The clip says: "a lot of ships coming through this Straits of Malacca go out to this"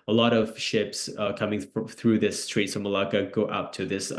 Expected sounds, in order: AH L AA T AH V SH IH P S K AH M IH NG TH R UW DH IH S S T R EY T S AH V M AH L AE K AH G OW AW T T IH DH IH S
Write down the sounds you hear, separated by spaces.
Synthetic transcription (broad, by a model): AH L AA T AH V SH IH P S K AH M IH NG TH R UW DH IH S S T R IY T S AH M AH L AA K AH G OW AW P T IH DH IH S